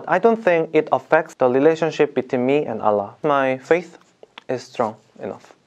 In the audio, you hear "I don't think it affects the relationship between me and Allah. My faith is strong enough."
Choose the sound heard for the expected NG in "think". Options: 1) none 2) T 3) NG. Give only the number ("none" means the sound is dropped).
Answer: 3